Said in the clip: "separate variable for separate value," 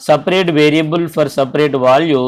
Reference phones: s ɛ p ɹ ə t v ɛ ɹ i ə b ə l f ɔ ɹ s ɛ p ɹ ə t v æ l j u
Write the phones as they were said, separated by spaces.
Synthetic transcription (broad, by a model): s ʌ p ɹ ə t v ɛ ɹ i ə b ə l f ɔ ɹ s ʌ p ɹ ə t v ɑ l j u